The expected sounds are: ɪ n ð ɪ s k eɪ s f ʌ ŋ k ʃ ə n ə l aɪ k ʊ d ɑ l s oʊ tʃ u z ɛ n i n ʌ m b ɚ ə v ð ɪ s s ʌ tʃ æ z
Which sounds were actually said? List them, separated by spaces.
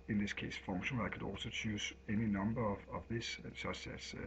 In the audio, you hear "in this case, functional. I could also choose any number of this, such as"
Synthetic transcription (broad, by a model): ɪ n ð ɪ s k eɪ s f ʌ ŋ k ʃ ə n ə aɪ k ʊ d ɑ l s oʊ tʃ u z ɛ n i n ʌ m b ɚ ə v ð ɪ s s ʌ s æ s